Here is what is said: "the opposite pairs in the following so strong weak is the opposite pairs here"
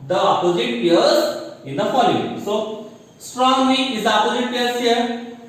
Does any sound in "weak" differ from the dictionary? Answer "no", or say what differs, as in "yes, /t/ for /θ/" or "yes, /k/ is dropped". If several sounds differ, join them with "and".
yes, /k/ is dropped